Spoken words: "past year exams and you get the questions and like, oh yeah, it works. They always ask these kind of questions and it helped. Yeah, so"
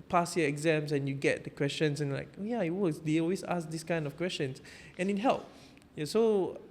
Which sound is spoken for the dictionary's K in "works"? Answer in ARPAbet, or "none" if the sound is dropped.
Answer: none